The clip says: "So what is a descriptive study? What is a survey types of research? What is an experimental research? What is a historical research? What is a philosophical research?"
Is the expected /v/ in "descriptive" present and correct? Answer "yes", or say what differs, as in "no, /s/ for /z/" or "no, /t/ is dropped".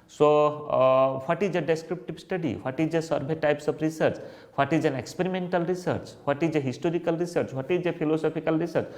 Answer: no, /b/ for /v/